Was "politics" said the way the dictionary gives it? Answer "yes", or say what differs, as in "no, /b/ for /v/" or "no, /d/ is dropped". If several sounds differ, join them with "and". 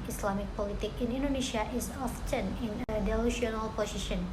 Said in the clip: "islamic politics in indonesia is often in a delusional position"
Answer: no, /s/ is dropped